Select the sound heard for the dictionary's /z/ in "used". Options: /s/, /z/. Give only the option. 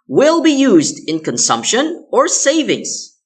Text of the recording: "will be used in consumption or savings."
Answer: /z/